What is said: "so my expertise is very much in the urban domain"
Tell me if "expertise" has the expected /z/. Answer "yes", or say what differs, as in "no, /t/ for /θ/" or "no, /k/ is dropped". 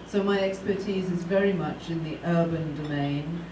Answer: yes